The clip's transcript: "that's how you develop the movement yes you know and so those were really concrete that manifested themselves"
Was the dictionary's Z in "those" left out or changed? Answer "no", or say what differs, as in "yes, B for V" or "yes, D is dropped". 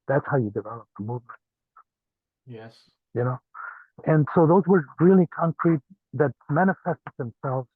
no